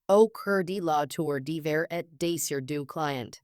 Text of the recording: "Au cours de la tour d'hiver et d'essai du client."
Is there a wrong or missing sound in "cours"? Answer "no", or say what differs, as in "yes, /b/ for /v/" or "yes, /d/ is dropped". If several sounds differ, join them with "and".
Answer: yes, /z/ is dropped